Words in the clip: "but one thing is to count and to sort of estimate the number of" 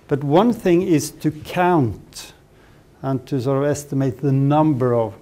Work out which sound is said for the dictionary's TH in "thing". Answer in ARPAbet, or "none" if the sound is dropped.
TH